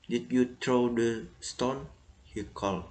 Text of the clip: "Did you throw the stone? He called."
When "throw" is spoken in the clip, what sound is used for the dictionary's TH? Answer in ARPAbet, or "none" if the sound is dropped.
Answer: T